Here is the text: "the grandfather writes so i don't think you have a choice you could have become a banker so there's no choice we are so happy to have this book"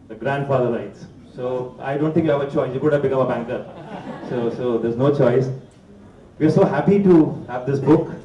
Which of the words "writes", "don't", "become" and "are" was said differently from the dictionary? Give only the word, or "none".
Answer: writes